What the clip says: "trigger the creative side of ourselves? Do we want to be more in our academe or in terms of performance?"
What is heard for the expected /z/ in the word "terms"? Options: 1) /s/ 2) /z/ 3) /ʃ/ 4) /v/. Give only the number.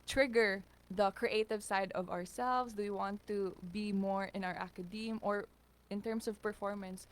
1